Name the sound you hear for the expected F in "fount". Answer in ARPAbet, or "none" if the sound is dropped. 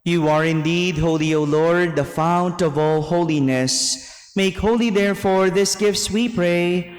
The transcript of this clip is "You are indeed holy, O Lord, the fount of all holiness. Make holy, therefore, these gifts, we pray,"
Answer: F